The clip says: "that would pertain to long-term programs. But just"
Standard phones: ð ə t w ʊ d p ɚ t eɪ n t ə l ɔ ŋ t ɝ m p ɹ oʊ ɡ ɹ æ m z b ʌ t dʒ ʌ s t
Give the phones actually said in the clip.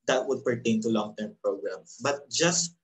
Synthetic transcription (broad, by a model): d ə t w ʊ d p ɚ t eɪ n t ə l ɔ ŋ t ɝ m p ɹ oʊ ɡ ɹ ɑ m b ʌ t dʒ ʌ s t